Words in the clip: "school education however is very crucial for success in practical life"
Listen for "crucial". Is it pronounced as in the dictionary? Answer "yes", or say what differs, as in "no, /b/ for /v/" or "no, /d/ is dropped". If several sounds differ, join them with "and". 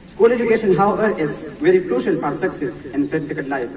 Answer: yes